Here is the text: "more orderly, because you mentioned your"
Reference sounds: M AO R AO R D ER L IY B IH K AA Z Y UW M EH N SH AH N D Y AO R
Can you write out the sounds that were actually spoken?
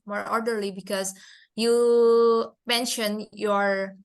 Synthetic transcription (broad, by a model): M AO R AO R D ER L IY B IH K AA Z Y UW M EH N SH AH N Y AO R